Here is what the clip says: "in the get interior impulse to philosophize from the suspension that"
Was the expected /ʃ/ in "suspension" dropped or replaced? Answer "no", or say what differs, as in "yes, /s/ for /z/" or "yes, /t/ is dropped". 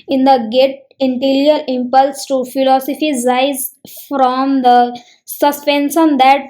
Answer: yes, /s/ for /ʃ/